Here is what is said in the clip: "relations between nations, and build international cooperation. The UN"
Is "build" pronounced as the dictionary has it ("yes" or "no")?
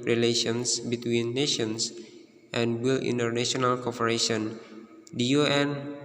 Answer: no